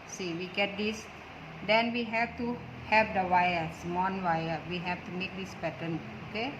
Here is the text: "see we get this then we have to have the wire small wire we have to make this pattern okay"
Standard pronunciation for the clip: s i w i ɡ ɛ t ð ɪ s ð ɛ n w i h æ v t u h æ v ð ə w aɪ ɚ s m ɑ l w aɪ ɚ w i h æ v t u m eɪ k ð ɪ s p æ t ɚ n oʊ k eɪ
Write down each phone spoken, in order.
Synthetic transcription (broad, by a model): s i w i ɡ ɛ t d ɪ s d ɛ n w i h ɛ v t u h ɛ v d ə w aɪ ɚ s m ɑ n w aɪ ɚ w i h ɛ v t u m eɪ k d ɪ s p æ t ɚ n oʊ k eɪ